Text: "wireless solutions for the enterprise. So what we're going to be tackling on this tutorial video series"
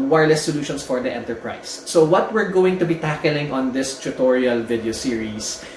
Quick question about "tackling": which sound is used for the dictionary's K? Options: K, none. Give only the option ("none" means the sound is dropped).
K